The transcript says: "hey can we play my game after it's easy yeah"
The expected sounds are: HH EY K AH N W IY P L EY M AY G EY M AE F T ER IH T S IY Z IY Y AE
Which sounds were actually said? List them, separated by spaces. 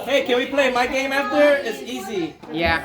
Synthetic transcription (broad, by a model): HH EY K AH N W IY P L EY M AY G EY M AE F T ER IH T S IY Z IY Y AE